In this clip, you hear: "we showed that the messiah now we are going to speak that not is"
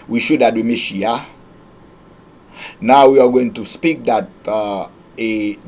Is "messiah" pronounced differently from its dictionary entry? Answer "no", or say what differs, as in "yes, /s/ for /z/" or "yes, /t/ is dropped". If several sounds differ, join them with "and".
yes, /ʃ/ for /s/